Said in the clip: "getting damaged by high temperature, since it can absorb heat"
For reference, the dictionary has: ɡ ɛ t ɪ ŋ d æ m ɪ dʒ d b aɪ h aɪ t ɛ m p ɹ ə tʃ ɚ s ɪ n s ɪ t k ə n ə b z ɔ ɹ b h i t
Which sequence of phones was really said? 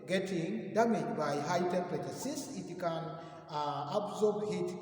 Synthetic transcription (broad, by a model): ɡ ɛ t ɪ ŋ d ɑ m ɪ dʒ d b aɪ h aɪ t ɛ p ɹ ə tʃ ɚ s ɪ s ɪ t k ə n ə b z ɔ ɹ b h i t